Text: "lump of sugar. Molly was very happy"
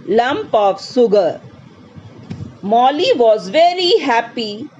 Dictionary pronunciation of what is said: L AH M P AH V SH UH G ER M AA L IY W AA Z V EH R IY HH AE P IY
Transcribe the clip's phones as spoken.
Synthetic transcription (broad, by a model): L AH M P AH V S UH G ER M AA L IY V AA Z V EH R IY HH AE P IY